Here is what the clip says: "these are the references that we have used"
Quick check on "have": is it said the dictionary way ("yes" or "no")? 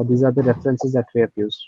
no